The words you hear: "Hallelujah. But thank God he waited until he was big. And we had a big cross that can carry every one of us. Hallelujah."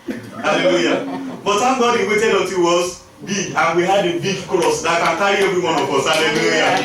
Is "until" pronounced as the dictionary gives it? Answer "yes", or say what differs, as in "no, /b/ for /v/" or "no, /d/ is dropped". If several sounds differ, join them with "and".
no, /n/ is dropped